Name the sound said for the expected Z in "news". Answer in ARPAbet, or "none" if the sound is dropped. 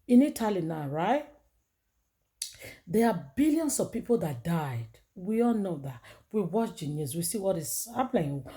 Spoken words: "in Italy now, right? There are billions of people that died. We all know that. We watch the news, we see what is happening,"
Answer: S